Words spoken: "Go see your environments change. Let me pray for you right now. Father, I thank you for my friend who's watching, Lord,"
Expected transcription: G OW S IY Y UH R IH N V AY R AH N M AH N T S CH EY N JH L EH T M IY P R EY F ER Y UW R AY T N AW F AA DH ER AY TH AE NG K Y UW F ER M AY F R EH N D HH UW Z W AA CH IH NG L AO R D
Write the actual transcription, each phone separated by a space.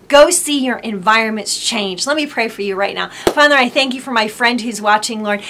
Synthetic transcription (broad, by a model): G OW S IY Y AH R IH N V AY R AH N M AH N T S CH EY N JH L EH T M IY P R EY F ER Y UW R AY T N AW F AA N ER AY TH AE NG K Y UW F ER M AY F R EH N D HH UW Z W AA CH IH NG L AO R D